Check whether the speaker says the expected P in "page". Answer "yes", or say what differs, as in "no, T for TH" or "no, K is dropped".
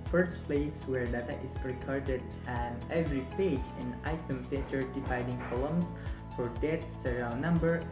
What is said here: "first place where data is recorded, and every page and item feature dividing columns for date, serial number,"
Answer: yes